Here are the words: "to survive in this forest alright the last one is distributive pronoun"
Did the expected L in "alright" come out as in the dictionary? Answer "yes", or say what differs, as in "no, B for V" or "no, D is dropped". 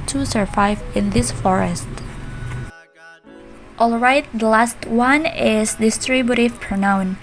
yes